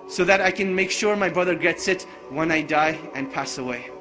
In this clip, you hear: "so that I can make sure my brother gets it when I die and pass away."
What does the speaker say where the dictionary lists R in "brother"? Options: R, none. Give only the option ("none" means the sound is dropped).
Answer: R